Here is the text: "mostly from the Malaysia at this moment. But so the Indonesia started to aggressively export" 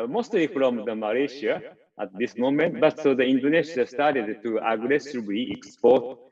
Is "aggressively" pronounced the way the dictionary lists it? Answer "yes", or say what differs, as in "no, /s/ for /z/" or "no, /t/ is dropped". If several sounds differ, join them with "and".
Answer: no, /b/ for /v/